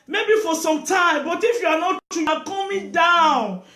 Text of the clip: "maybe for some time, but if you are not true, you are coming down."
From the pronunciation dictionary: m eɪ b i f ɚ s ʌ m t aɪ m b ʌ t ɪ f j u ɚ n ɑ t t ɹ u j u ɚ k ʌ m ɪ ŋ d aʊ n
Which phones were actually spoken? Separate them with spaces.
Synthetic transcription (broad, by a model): m eɪ b i f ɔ s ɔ m t aɪ m b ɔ t ɪ f j u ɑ n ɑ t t u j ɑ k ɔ m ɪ d aʊ n